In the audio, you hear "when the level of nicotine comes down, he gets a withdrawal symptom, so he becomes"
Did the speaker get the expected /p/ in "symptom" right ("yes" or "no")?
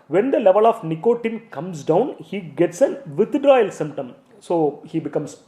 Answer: yes